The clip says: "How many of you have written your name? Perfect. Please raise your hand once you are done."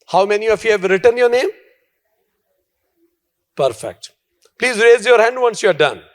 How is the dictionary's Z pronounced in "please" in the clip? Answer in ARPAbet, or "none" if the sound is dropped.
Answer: Z